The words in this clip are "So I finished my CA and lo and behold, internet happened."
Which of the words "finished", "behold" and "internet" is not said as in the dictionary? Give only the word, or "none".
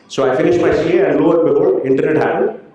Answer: behold